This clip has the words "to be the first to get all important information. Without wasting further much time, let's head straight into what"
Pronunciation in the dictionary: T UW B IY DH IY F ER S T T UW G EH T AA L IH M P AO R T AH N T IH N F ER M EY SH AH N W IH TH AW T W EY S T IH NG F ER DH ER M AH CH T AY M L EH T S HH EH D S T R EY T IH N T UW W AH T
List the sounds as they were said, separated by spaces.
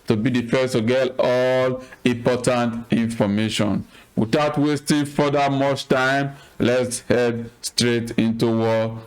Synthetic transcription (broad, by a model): T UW B IY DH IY F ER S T T UW G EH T AA L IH M P AO T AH N T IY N F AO M EY SH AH N W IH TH AW T W EY S T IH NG F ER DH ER M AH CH T AY M L EH T S HH EH D S T R EY T IH N T UW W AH